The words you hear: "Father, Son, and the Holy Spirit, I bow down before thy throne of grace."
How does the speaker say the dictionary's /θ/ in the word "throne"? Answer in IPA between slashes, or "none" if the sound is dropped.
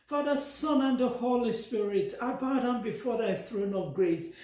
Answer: /θ/